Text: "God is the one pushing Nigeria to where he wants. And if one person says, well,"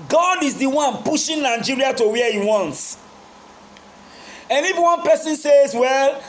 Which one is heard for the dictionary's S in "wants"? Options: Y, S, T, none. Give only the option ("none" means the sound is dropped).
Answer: S